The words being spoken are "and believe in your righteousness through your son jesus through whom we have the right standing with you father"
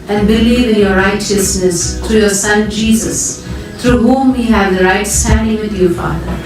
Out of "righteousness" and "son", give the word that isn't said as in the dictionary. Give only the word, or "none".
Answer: none